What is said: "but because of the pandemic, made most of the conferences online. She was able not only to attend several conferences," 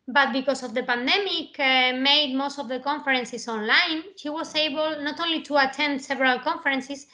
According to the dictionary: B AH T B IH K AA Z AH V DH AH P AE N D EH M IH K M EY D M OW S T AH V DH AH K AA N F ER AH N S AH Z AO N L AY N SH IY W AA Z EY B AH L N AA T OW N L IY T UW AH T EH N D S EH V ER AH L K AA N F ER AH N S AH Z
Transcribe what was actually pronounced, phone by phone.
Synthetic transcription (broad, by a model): B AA T B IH K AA S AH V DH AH P AE N D EH M IH K M EY D M OW S T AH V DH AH K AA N F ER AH N S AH S AO N L AY N SH IY W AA S EY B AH L N AA T OW N L IY T UW AH T EH N D S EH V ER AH L K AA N F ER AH N S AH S